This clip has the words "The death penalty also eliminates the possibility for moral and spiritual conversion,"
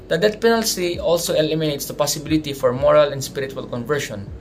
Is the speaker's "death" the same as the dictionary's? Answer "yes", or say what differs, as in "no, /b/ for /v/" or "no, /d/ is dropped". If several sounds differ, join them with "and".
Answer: no, /t/ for /θ/